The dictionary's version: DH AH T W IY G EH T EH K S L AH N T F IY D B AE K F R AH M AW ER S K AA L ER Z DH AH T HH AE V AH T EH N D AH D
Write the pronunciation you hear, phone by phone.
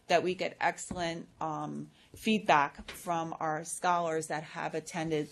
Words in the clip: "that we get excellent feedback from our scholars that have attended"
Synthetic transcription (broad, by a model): DH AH T W IY G EH T EH K S L AH N T F IY D B AE K F R AH M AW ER S K AA L ER Z DH AH T HH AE V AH T EH N D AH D